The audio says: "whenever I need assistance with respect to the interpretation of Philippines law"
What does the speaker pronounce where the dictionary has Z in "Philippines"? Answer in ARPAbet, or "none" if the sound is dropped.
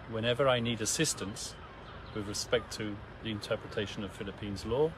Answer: Z